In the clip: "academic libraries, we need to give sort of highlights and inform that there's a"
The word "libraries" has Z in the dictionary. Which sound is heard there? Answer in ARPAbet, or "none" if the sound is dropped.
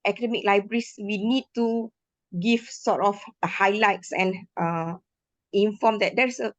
S